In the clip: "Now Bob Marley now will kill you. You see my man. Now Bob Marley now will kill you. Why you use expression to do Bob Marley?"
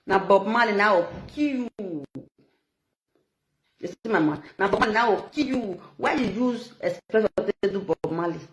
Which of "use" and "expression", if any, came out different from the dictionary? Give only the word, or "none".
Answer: expression